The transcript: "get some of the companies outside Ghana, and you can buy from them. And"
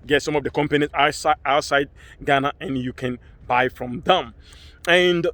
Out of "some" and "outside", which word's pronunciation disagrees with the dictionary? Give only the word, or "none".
none